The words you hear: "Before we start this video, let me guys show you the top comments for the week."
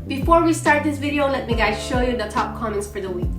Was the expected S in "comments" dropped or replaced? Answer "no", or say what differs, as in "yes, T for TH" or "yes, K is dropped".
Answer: no